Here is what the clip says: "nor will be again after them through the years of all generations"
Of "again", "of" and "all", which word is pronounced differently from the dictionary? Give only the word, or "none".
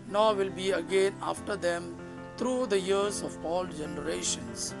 of